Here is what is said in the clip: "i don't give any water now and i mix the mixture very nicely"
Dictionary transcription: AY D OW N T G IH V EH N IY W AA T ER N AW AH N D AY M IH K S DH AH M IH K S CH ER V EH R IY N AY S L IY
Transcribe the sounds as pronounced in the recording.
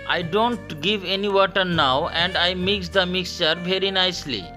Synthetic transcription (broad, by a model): AY D OW N T G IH V EH N IY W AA T ER N AW AH N D AY M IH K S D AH M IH K S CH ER V EH R IY N AY S L IY